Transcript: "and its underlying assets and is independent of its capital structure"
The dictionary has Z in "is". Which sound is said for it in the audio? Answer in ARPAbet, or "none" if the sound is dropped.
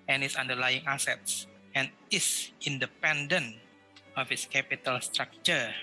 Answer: S